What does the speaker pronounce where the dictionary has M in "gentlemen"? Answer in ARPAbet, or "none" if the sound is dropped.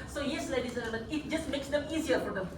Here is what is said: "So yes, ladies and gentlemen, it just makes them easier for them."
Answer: none